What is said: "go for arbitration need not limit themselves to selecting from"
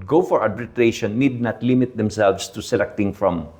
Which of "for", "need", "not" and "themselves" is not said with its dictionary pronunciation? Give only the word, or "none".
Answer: themselves